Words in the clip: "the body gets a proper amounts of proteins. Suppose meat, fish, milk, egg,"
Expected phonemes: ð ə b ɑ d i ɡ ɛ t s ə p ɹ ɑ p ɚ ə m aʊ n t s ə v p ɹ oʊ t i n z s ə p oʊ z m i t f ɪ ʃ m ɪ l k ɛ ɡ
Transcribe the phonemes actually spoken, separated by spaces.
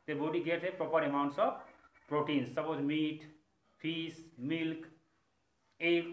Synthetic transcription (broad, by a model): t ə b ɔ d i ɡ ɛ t ə p ɹ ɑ p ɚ ə m aʊ n t s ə f p ɹ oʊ t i n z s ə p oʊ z m i t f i s m ɪ l k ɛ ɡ